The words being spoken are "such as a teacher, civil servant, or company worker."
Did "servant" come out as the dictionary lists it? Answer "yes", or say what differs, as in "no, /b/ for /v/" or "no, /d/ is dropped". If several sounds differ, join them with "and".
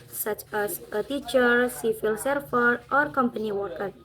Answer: no, /f/ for /v/